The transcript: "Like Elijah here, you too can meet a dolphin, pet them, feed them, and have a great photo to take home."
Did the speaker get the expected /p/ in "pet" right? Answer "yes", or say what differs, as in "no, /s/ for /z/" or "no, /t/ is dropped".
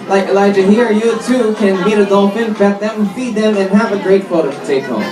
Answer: no, /b/ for /p/